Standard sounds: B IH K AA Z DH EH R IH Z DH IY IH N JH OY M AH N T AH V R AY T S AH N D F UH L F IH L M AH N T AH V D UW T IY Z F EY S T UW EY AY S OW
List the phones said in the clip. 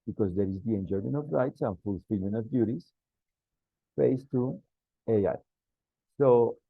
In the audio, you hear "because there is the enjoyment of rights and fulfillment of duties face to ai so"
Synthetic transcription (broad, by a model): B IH K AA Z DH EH R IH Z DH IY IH N JH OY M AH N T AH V R AY T S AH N F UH L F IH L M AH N AH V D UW T IY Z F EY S T UW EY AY S OW